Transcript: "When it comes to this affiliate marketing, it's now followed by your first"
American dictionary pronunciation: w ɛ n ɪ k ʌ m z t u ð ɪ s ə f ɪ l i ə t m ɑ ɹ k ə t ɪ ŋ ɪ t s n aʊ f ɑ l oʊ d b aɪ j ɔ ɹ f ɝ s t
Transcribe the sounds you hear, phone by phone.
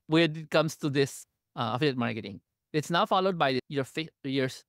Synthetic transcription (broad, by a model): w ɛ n ɪ k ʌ m s t u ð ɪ s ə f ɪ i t m ɑ ɹ k ə t ɪ ŋ ɪ t s n aʊ f ɑ l oʊ d b aɪ j ɔ ɹ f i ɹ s